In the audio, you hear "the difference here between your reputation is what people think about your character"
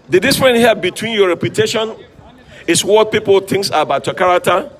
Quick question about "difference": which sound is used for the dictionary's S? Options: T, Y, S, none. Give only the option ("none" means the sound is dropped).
none